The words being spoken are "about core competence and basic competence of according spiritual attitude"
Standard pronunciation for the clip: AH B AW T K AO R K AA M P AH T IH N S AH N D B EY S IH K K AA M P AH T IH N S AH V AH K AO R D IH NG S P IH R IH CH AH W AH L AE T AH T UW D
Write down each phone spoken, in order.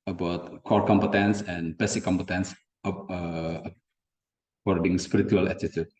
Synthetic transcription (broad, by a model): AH B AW T K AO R K AA M P AH T IH N S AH N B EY S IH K K AA M P AH T IH N S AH P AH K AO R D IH NG S P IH R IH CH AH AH L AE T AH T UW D